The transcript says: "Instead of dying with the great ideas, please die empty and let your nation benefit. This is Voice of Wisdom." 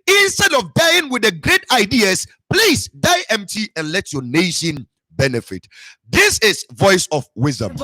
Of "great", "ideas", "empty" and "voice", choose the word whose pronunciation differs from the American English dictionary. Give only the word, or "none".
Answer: ideas